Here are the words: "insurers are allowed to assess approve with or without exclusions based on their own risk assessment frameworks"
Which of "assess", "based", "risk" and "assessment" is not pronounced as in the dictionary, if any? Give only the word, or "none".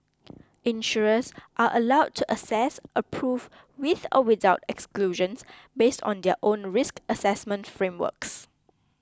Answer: none